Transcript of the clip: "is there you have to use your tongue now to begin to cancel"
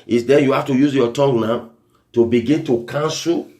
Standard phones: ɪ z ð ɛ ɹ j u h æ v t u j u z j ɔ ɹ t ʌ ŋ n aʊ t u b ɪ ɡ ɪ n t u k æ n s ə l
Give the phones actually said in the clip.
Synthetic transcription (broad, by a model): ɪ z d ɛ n j u h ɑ f t u j u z j ɔ t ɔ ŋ n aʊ t u b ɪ ɡ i n t u k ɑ n s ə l